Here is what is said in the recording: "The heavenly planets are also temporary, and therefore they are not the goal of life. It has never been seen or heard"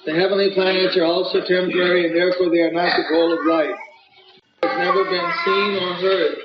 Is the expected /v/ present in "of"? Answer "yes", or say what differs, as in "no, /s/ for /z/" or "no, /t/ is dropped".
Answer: yes